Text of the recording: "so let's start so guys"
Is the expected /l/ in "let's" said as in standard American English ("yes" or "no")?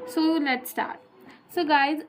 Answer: no